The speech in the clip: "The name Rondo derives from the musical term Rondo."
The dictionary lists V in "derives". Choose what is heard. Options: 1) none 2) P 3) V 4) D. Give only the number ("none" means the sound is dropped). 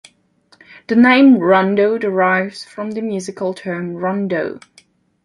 3